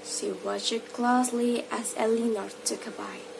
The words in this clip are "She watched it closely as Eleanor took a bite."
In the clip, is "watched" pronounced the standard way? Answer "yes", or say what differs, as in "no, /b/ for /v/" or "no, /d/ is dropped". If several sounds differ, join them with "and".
no, /t/ is dropped